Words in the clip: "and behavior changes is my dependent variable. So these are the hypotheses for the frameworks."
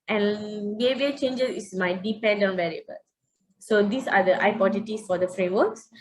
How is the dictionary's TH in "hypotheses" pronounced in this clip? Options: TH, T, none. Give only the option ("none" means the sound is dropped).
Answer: T